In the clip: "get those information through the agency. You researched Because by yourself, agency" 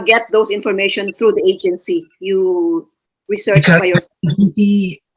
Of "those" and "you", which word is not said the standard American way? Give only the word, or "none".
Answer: those